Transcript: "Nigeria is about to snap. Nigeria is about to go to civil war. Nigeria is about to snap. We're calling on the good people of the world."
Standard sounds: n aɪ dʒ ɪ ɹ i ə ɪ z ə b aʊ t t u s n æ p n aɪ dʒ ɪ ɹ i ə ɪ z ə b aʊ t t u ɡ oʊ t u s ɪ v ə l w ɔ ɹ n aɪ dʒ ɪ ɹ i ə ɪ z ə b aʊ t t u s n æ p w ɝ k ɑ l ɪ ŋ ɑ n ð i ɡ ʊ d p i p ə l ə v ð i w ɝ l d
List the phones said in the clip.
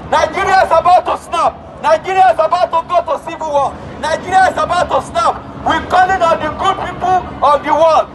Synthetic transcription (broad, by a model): n aɪ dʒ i ɹ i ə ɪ s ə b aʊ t t u s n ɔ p n aɪ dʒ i ɹ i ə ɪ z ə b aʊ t t u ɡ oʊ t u s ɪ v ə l w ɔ l n aɪ dʒ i ɹ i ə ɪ s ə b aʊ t t u s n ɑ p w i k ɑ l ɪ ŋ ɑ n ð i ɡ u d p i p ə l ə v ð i w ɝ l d